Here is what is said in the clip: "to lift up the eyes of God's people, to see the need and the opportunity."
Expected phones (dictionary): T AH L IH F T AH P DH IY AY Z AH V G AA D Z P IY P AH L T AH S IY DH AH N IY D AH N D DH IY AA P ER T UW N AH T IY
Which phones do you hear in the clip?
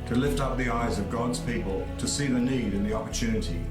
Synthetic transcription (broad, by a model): T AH L IH F T AH P DH IY AY Z AH V G AA D Z P IY P AH L T AH S IY DH AH N IY D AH N DH IY AA P ER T UW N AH T IY